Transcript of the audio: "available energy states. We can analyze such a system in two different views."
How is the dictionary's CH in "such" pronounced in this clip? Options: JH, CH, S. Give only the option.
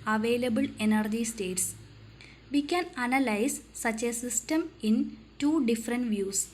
CH